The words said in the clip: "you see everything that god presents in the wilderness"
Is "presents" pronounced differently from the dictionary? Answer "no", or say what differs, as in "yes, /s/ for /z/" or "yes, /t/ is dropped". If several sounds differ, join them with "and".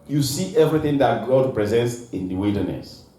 no